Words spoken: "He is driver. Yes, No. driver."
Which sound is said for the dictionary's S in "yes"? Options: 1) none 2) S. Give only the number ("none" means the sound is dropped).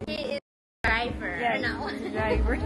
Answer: 1